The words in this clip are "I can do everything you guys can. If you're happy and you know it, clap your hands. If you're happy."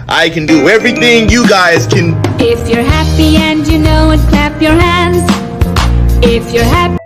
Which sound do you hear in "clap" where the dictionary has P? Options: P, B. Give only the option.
P